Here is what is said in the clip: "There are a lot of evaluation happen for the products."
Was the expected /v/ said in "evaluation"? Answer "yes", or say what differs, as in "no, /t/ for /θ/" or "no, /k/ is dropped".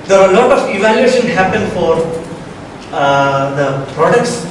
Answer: yes